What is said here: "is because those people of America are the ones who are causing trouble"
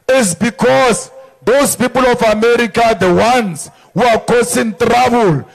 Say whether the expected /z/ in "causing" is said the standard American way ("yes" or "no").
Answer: no